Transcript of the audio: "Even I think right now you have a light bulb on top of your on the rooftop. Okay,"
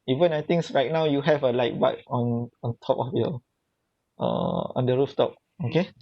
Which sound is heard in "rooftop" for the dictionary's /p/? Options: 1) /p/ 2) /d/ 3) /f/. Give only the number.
1